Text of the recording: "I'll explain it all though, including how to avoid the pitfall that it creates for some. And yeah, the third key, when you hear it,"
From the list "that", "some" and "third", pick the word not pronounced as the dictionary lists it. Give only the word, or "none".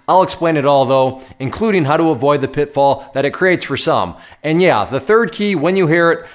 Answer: none